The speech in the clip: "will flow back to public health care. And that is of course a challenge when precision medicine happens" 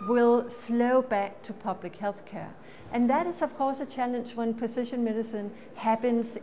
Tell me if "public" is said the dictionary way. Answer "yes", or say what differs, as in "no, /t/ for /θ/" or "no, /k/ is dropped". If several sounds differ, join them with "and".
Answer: yes